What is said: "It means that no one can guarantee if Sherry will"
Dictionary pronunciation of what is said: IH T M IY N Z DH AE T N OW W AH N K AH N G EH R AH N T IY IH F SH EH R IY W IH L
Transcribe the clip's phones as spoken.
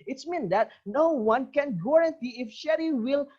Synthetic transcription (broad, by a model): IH T M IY N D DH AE T N OW W AH N K AH N G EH R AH N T IY IH F SH EH R IY W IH L